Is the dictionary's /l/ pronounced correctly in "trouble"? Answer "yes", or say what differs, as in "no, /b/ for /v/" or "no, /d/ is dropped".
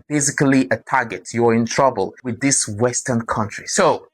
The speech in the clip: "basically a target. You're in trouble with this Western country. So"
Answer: yes